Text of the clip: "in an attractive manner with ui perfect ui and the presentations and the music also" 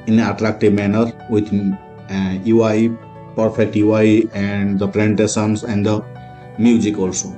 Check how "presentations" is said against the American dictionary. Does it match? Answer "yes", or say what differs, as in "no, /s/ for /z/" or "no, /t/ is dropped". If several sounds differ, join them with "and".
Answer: no, /s/ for /ʃ/